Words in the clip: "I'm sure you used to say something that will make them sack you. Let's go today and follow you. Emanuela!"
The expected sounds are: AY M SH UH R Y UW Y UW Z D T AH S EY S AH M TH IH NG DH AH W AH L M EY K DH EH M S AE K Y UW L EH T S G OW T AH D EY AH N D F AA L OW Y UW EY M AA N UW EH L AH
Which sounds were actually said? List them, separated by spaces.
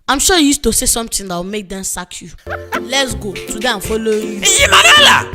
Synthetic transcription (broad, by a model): AY M SH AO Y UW Y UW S T AH S EY S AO M T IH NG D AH W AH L M EY K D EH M S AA K Y UW L EH T S G OW T AH D EY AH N F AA L OW Y UW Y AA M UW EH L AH